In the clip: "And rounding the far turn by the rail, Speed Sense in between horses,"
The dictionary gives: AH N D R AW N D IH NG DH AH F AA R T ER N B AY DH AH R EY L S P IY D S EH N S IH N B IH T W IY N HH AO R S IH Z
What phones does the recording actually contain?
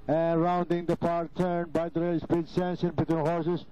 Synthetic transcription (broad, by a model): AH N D R AW N D IH NG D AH P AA R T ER N B AY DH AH R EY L S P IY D S EH N S IH N B IH T W IY N HH AO R S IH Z